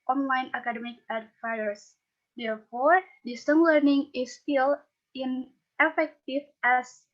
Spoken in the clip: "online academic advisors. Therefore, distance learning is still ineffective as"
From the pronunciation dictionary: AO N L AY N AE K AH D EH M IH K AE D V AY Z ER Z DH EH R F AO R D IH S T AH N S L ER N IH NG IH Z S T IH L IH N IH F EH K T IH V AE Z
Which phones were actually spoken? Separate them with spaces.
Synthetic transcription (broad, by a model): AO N L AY N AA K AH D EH M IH K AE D F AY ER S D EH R F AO R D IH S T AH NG L ER N IH NG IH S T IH L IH N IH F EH K T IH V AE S